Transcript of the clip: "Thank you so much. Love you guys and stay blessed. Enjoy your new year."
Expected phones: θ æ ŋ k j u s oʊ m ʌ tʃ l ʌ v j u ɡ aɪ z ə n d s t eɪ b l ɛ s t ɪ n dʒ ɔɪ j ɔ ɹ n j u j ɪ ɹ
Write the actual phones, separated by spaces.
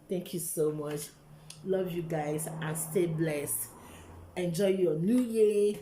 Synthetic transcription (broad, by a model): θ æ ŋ k j u s oʊ m ʌ tʃ l ʌ v j u ɡ aɪ z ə n s t eɪ b l ɛ s t ɪ n dʒ ɔɪ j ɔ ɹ n j u j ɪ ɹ